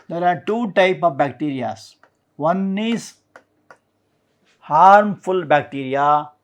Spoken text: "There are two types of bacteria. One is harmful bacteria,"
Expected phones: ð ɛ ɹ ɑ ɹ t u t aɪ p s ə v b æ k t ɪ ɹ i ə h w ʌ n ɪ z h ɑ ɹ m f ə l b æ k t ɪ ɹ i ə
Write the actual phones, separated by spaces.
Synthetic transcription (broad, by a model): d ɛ ɹ ɑ ɹ t u t aɪ p ə v b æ k t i ɹ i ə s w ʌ n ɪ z h ɑ ɹ m f ə l b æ k t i ɹ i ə